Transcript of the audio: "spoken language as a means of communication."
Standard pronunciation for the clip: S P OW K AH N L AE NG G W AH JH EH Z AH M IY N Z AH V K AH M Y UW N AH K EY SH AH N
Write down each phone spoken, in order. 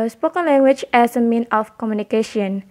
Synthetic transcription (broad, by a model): S P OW K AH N L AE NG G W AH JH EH S AH M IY N AH F K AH M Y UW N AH K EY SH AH N